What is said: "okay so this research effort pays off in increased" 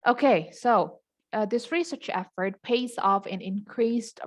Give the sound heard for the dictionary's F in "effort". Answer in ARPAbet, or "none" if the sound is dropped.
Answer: F